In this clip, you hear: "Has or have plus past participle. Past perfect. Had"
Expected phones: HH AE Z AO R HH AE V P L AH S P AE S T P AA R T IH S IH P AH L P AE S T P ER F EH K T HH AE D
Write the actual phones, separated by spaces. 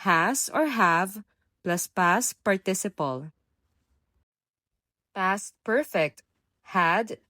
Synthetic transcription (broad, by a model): HH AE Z AO R HH AE V P L AH S P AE S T P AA R T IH S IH P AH L P AE S T P ER F EH K T HH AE D